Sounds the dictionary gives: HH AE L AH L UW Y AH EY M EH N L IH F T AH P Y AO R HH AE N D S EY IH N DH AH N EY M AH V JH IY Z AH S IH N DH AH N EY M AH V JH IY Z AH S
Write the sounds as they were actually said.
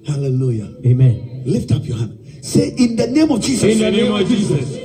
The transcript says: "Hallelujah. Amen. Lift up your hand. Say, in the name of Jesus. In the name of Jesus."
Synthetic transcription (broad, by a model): HH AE L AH L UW Y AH EY M EH N L IH F T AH P Y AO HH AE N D S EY IH N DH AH N EY M AH V JH IY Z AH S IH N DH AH N EY M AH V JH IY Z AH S